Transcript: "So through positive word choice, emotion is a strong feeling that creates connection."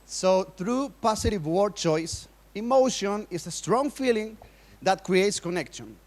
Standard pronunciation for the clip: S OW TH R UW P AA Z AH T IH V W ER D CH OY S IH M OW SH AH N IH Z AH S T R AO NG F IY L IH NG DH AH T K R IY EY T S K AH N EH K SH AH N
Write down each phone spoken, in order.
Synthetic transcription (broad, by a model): S OW TH R UW P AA S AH T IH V W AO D CH OY S IH M OW SH AH N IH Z AH S T R AO NG F IY L IH NG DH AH T K R IY EY T S K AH N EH K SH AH N